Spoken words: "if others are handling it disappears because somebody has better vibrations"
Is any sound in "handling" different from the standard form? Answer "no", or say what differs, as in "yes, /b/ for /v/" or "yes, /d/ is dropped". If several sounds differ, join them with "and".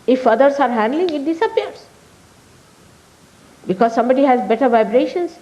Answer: no